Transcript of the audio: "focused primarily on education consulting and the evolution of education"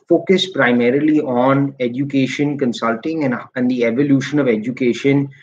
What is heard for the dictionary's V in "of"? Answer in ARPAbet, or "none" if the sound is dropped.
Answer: V